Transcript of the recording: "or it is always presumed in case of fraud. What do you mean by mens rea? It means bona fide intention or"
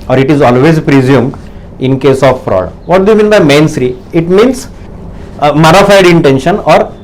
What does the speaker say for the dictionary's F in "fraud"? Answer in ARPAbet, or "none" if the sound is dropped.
P